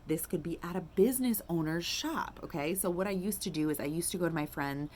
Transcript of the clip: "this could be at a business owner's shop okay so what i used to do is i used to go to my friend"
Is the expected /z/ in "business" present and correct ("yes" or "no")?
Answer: yes